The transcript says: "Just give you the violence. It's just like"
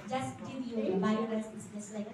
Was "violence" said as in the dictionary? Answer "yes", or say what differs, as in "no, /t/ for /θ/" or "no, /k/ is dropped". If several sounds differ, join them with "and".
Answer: no, /n/ is dropped